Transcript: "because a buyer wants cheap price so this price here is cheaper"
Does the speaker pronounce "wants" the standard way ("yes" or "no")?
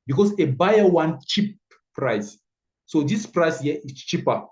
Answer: no